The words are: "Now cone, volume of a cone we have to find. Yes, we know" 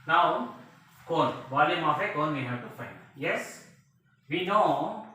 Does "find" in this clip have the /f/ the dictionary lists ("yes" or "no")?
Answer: yes